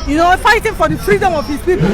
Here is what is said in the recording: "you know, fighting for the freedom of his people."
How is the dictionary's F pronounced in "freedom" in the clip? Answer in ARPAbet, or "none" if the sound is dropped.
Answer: P